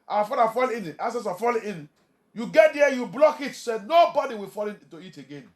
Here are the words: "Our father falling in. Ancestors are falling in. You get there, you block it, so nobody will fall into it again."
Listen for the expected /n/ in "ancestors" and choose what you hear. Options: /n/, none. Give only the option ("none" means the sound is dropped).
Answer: none